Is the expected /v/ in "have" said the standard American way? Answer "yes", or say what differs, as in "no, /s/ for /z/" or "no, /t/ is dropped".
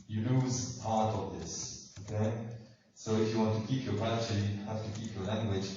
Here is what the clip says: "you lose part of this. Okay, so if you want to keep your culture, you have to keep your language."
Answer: no, /f/ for /v/